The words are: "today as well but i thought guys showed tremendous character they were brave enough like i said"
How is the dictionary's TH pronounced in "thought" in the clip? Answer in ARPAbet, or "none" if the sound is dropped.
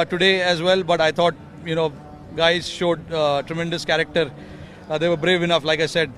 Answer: T